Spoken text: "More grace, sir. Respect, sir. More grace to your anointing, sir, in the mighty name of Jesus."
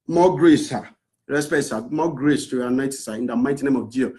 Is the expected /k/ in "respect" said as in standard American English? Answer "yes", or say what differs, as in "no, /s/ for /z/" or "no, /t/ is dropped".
no, /k/ is dropped